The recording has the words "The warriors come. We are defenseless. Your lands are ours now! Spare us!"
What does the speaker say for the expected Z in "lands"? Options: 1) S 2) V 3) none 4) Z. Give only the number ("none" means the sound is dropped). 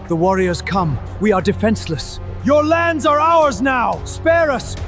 4